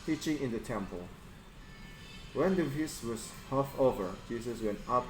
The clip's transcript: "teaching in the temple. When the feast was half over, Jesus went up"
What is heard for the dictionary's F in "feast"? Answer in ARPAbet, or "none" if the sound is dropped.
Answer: P